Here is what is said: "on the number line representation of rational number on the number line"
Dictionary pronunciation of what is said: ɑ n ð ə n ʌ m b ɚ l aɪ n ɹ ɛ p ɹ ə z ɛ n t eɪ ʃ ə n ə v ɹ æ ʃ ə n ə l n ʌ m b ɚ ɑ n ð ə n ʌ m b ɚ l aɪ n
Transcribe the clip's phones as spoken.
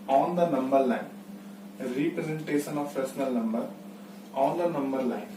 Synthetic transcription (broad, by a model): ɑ n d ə n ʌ m b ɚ l aɪ n ɹ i p ɹ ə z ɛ n t eɪ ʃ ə n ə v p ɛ s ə n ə l n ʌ m b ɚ ɑ n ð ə n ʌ m b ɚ l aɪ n